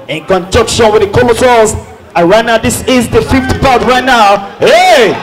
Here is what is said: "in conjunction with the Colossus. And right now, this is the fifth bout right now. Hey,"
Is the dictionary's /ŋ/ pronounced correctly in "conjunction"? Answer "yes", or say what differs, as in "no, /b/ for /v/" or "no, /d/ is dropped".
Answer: no, /ŋ/ is dropped